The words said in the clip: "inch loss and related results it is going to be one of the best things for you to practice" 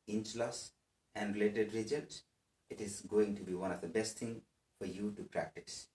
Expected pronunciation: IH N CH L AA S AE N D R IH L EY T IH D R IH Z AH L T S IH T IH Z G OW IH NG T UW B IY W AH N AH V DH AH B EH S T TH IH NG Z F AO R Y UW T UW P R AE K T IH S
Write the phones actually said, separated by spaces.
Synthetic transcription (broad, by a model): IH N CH L AA S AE N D R IH L EY T IH D R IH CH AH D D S IH T IH Z G OW IH NG T UW B IY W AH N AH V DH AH B EH S T T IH NG F AO R Y UW T UW P R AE K T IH S